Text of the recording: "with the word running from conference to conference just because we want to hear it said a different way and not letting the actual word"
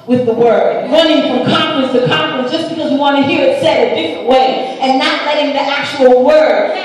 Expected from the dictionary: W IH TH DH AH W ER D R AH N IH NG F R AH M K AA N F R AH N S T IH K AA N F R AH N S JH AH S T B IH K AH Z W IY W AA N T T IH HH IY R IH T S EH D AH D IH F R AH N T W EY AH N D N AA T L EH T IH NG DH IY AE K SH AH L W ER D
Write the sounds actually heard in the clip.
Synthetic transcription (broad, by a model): W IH DH AH W ER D R AH N IH NG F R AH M K AA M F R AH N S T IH K AA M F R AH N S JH AH S B IH K AH Z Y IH W AA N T T IH HH IY R IH T S EH D AH D IH F R AH N T W EY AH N N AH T L EH T IH NG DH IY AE K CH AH L W ER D